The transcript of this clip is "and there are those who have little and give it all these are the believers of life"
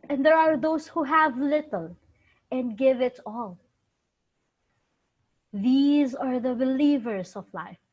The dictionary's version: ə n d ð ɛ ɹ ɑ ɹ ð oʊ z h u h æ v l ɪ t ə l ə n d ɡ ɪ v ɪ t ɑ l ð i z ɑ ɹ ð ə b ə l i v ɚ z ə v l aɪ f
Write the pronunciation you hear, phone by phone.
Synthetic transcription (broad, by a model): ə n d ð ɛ ɹ ɑ ɹ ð oʊ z h u h æ v l ɪ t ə l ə n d ɡ ɪ v ɪ t ɑ l ð i z ɑ ɹ ð ə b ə l i v ɚ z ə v l aɪ f